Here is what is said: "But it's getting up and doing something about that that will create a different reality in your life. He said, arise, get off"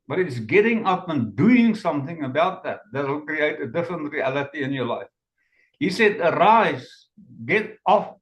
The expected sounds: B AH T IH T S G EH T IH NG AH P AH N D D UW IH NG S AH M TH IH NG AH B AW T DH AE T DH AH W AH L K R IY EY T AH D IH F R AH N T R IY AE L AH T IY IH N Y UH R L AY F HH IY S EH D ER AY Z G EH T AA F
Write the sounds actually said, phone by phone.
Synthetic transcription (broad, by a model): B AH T IH T S G EH T IH NG AH P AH N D D UW IH NG S AH M TH IH NG AH B AW T DH AE T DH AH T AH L K R IY EY T AH D IH F R AH N T R IY AE L AH T IY IH N Y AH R L AY F HH IY S EH D ER AY Z G EH T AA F